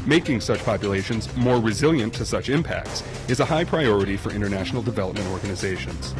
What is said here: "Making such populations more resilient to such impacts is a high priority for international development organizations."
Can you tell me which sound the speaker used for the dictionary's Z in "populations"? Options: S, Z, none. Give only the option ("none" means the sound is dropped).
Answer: Z